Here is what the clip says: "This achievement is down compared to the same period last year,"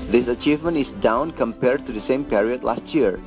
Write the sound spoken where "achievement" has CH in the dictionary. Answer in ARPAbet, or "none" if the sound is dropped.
CH